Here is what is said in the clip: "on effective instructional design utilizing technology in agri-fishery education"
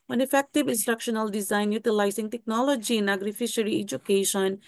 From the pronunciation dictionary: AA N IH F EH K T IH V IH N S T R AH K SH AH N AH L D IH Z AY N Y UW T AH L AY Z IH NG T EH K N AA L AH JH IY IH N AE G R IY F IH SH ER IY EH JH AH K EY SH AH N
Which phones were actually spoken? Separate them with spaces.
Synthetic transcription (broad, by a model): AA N IH F EH K T IH V IH N S T R AH K SH AH N AH L D IH Z AY N Y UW T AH L AY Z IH NG T EH K N AA L AH JH IY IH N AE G R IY F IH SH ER IY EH JH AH K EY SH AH N